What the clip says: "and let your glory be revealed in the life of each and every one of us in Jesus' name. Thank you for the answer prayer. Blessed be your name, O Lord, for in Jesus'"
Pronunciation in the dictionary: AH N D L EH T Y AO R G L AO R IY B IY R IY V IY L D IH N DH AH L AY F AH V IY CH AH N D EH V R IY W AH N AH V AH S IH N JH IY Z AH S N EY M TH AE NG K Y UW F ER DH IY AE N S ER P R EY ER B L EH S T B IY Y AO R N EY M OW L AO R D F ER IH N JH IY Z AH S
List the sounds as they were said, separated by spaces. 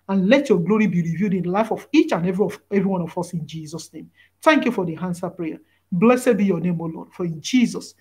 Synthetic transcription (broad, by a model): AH N L EH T Y AO G L AO R IY B IY R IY V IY D IH N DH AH L AY F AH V IY CH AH N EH EH V R IY W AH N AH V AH S IH N JH IY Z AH S N EY M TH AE NG K Y UW F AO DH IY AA N S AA P R EY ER B L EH S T B IY Y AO N EY M OW L AO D F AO IH N JH IY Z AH S